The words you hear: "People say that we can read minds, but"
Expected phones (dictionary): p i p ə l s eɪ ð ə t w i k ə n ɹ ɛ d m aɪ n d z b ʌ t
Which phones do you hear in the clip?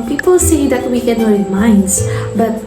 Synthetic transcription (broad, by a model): p i p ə l s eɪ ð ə t w i k ə n w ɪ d m aɪ n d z b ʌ t